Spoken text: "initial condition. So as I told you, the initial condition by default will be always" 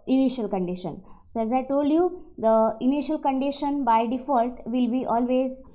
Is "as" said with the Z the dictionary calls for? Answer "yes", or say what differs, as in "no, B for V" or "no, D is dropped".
yes